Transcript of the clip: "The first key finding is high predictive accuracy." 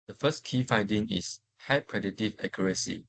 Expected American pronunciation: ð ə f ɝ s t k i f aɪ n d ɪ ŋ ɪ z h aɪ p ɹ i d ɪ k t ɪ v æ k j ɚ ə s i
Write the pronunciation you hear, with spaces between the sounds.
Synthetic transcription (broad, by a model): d ə f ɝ s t k i f aɪ n d ɪ ŋ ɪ s h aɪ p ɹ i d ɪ t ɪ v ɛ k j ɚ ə s i